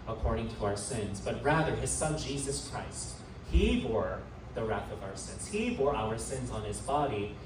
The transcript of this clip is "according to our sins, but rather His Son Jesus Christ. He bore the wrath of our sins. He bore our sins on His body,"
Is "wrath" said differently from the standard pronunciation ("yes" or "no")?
no